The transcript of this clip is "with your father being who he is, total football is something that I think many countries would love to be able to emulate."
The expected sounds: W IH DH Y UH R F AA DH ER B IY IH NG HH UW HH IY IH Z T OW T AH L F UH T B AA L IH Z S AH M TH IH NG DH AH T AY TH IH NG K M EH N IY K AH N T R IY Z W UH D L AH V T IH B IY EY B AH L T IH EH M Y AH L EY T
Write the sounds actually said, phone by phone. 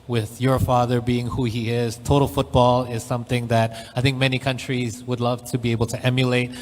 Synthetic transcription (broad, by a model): W IH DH Y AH R F AA DH ER B IY IH NG HH UW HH IY IH Z T OW T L F UH T B AA L IH Z S AH M TH IH NG DH AH T AY TH IH NG K M EH N IY K AH N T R IY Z W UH D L AH V T IH B IY EY B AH L T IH EH M Y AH L EY T